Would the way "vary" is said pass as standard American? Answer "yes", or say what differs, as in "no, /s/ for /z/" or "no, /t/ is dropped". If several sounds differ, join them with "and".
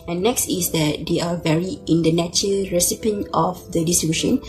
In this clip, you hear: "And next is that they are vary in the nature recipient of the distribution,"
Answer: yes